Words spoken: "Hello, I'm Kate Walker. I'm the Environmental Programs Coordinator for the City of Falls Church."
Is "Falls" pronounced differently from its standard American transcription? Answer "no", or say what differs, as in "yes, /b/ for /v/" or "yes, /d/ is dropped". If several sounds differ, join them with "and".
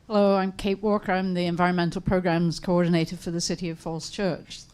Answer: yes, /s/ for /z/